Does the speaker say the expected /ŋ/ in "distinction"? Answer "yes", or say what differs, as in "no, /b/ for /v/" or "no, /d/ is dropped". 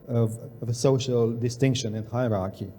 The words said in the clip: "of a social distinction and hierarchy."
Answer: yes